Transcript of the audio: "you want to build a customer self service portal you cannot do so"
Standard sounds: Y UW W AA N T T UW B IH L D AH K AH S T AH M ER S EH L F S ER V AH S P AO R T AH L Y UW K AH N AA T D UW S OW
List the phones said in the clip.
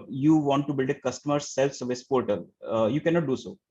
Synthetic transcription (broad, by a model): Y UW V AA N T T UW B IH L D AH K AH S T AH M ER S EH L F S ER V AH S P AO R T AH L Y UW K AH N AA T D UW S OW